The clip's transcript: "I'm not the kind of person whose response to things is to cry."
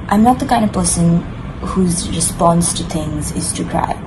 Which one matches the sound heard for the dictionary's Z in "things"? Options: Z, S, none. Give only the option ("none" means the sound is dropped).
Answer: Z